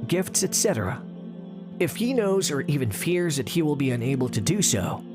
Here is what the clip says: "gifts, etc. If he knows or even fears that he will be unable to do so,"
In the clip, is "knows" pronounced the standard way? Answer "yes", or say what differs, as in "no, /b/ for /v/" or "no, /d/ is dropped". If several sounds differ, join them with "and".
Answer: yes